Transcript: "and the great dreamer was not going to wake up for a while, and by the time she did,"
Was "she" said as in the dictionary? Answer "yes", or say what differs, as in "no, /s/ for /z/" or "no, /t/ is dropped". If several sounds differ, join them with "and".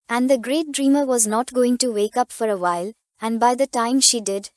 yes